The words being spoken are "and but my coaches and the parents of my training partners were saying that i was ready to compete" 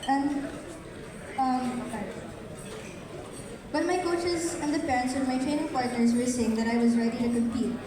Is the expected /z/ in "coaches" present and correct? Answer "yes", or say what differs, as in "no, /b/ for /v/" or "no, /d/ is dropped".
yes